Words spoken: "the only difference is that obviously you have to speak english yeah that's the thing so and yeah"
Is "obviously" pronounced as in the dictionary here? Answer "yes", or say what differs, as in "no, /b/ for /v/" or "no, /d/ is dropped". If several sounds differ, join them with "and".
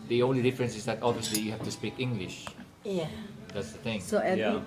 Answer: yes